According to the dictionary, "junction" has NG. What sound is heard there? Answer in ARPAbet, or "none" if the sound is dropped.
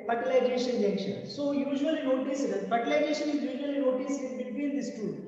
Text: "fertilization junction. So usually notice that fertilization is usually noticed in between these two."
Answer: none